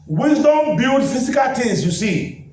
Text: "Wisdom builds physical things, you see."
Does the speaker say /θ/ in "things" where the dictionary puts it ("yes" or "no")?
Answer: no